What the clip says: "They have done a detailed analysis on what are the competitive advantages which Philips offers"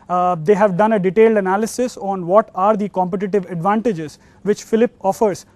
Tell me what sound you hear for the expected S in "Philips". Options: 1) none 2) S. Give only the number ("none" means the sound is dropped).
1